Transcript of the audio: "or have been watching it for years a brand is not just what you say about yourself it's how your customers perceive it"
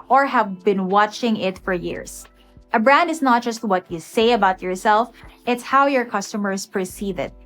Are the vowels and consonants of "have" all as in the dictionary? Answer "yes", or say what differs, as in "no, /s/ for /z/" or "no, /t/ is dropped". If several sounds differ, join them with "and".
yes